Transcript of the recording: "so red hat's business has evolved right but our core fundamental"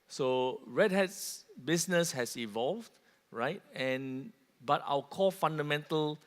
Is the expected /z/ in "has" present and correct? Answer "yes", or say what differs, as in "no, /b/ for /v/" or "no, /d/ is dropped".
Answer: no, /s/ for /z/